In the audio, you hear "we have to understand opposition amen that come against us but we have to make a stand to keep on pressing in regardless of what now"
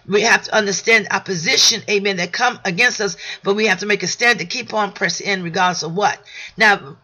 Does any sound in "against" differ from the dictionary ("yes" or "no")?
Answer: no